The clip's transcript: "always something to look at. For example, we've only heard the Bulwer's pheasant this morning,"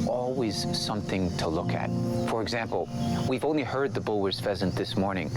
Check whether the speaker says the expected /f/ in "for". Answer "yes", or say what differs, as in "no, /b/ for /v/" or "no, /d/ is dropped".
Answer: yes